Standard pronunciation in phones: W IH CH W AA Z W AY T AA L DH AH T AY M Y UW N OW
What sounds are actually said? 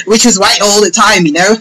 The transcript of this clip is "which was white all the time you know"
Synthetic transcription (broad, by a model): W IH CH W AA Z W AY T AA L DH AH T AY M Y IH N OW